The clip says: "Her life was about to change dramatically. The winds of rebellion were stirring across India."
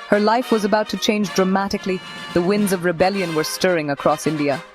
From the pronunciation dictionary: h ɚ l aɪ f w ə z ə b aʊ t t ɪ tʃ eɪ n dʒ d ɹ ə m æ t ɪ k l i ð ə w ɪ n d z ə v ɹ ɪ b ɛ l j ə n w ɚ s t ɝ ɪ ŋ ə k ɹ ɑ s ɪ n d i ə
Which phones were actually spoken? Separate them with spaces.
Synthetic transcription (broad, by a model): h ɚ l aɪ f w ə z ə b aʊ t t ɪ tʃ eɪ n dʒ d ɹ ə m æ t ɪ k l i ð ə w ɪ n d z ə v ɹ ɪ b ɛ l j ə n w ɚ s t ɝ ɪ ŋ ə k ɹ ɑ s ɪ n d i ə